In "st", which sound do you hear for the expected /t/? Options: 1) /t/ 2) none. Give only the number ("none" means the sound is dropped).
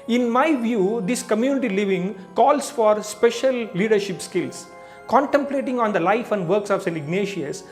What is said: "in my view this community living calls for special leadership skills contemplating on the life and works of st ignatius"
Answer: 2